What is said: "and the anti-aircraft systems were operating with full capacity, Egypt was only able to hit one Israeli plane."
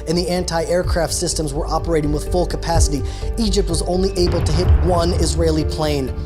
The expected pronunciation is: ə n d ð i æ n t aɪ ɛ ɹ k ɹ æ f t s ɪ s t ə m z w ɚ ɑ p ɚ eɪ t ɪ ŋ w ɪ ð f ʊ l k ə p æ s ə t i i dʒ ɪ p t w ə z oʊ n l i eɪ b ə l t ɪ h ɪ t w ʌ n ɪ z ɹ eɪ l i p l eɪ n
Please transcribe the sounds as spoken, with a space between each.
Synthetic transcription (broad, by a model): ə n ð i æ n t aɪ ɛ ɹ k ɹ æ f t s ɪ s t ə m z w ɚ ɑ p ɚ eɪ t ɪ ŋ w ɪ ð f ʊ l k ə p æ s ə t i i dʒ ɪ p t w ə z oʊ n l i eɪ b l t ɪ h ɪ t w ʌ n ɪ z ɹ eɪ l i p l eɪ n